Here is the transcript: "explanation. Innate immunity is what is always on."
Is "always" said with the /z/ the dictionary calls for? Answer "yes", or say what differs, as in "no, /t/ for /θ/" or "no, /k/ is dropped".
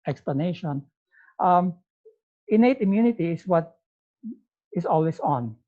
no, /s/ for /z/